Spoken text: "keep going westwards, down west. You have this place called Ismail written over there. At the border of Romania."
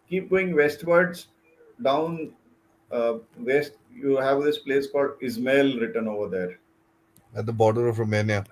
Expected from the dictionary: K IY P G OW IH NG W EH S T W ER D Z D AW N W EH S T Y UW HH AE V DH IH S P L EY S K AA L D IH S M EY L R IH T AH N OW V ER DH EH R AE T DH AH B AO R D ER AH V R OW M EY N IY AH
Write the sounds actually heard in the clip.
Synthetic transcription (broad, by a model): K IY P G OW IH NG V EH S T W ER D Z D AW N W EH S T Y UW HH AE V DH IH S P L EY S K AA D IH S M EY L R IH T AH N OW V ER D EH R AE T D AH B AO R D ER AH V R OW M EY N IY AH